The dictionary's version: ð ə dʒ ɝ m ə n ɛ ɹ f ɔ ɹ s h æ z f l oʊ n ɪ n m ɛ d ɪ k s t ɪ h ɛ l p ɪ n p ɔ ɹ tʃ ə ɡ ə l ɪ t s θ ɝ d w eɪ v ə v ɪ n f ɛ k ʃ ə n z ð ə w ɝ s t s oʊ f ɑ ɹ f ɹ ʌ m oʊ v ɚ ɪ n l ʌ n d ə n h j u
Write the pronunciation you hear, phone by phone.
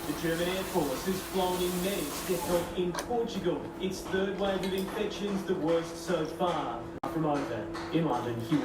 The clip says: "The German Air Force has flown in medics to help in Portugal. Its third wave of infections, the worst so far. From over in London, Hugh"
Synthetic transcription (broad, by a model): ð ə dʒ ɝ m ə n ɛ ɹ f ɔ ɹ s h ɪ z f l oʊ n ɪ n m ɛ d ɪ s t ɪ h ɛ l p ɪ n p ɔ ɹ tʃ ə ɡ ə l ɪ t s θ ɝ d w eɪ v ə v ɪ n f ɛ k ʃ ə n z ð ə w ɝ s t s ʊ f ɑ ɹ f ɹ ʌ m oʊ v ɚ ɪ n l ʌ n d ə n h j u